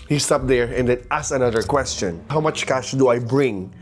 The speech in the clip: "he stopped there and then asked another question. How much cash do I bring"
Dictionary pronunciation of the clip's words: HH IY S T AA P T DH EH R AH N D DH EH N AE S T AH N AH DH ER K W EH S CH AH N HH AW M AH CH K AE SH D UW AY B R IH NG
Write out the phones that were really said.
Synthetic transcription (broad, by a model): HH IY S T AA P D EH R AH N D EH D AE S AH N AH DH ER K W EH S CH AH N HH AW M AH CH K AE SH D UW AY B R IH NG